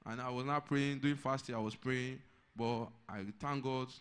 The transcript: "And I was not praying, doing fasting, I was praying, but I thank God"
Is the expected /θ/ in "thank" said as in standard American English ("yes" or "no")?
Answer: no